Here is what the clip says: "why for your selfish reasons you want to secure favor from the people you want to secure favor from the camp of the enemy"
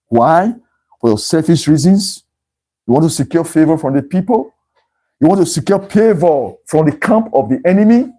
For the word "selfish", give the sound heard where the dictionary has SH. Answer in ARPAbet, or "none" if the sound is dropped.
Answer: S